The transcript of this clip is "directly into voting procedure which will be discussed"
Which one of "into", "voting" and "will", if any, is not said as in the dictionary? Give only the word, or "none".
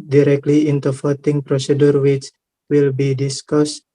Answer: voting